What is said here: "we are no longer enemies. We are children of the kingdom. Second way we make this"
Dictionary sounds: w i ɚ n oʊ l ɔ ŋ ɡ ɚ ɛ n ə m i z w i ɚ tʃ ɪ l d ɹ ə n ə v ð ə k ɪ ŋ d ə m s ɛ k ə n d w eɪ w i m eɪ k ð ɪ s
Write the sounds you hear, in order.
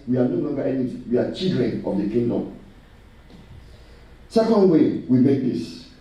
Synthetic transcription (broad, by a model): w i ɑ n oʊ l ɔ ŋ ɡ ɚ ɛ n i w i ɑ tʃ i l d ɹ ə n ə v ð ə k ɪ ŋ d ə m s ɛ k ə n d w eɪ w i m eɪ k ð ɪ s